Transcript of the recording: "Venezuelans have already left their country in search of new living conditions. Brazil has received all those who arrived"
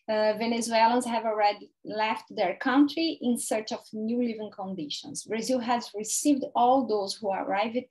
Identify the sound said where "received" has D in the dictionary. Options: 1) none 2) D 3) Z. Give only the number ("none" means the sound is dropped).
2